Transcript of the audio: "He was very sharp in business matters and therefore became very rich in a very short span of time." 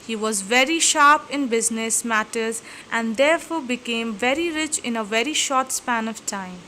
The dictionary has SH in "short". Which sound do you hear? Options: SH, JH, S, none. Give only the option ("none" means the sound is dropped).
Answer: SH